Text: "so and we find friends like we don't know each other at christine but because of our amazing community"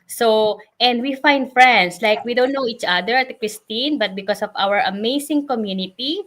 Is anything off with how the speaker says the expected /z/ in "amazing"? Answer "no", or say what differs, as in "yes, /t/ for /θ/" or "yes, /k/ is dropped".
yes, /s/ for /z/